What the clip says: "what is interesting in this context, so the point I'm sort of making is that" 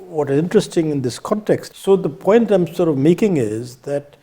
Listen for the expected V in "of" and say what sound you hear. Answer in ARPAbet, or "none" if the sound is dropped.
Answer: V